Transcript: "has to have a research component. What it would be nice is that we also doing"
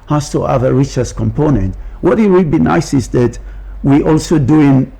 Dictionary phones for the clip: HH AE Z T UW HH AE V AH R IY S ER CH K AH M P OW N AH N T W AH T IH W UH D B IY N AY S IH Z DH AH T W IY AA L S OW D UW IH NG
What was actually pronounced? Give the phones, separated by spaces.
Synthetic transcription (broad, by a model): HH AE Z T UW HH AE V AH R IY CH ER S K AH M P OW N AH N T W AH T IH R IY B IY N AY S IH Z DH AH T W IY AA L S OW D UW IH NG